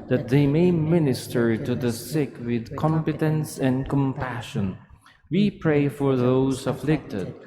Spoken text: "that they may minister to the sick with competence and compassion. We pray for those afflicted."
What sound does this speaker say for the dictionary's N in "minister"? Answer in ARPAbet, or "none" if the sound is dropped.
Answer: N